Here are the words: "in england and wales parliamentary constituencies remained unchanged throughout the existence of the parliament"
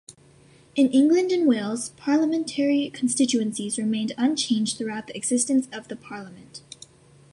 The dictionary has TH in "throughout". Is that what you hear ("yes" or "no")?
yes